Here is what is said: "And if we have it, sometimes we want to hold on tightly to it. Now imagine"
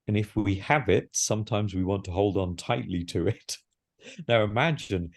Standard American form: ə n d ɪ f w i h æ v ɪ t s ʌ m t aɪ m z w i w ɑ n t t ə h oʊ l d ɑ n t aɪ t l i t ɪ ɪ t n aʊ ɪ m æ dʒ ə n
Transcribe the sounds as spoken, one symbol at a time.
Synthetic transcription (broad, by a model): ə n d ɪ f w i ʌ v ɪ t s ʌ m t aɪ m z w i w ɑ n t t ə h oʊ l d n t aɪ t l i t ɪ ɪ t n aʊ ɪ m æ dʒ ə n